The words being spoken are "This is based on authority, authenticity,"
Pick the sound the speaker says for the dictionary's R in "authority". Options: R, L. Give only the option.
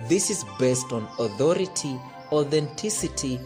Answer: R